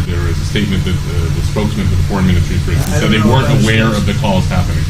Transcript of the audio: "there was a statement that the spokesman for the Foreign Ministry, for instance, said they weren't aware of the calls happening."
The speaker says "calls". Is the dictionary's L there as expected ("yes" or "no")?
no